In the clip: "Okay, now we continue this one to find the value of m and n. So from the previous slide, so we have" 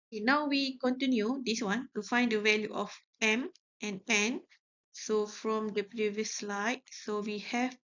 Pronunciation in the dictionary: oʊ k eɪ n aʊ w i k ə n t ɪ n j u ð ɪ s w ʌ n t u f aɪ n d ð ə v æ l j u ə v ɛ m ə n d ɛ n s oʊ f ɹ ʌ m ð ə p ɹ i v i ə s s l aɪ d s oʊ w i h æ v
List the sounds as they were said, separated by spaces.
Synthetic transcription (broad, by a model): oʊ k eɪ n aʊ w i k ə n t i n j u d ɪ s w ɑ n t u f aɪ n d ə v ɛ l j u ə p ɛ m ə n ɛ n s oʊ f ɹ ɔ m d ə p ɹ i v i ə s s l aɪ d s oʊ w i h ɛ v